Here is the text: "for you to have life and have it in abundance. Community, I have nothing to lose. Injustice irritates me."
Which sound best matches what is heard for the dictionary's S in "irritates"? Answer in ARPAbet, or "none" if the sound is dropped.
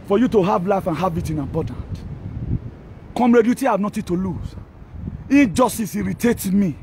none